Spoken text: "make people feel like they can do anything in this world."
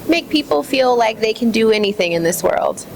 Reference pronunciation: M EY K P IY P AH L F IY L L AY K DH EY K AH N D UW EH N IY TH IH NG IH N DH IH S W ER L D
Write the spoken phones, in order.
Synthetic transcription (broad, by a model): M EY K P IY P L F IY L L AY K DH EY K AH N D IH EH N IY TH IH NG IH N DH IH S W ER L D